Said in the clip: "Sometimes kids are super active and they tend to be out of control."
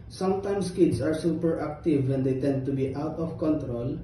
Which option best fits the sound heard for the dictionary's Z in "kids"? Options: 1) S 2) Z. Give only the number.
1